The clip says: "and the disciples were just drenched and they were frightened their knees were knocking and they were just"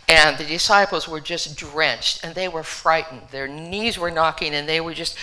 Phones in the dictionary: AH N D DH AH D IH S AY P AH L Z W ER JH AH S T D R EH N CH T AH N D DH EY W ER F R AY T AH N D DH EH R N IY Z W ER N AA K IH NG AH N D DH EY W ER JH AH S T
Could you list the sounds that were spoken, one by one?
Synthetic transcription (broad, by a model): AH N DH AH D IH S AY P L Z W ER JH AH S D R EH N CH T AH N DH EY W ER F R AY T N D DH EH R N IY Z W ER N AA K IH NG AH N DH EY W ER JH AH S T